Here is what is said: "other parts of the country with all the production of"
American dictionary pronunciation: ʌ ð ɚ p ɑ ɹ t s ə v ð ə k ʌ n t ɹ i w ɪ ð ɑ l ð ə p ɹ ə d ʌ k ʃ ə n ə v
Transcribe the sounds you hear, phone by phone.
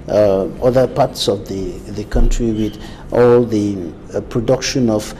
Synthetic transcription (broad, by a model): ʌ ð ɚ p ɑ ɹ t s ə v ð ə k ʌ n t ɹ i w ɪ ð ɑ l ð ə p ɹ ə d ʌ k ʃ ə n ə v